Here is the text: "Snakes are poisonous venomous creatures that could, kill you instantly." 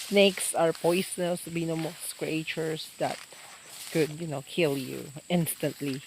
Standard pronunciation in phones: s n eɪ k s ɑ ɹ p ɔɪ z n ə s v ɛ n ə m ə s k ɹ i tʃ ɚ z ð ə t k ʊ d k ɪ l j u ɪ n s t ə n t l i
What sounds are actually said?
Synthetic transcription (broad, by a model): s n eɪ k s ɑ ɹ p ɔɪ s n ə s b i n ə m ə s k ɹ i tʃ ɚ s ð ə t k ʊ d k ɪ l j u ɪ n s t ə n t l i